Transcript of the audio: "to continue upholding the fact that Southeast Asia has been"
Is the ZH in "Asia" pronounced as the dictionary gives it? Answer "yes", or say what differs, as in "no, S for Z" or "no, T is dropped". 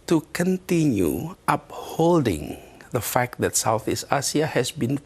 no, S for ZH